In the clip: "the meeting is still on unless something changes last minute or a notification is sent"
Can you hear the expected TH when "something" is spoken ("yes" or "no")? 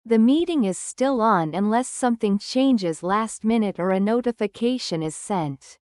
yes